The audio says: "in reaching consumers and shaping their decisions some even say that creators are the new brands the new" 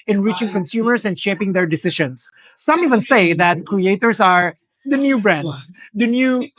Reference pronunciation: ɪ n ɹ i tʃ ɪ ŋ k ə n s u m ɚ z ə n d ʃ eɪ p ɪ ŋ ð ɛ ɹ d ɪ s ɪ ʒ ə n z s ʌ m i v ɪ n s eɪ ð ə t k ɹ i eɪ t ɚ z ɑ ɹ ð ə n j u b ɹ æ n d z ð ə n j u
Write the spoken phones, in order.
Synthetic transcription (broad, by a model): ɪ n ɹ i tʃ ɪ ŋ k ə n s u m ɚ s ə n d ʃ eɪ p ɪ ŋ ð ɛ ɹ d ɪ s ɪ ʃ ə n s ʌ m i v ɪ n s eɪ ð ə t k ɹ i eɪ t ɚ s ɑ ɹ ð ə n j u b ɹ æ n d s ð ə n j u